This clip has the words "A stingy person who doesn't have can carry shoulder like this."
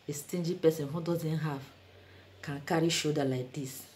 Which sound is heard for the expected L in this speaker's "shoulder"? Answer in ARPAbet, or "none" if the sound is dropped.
none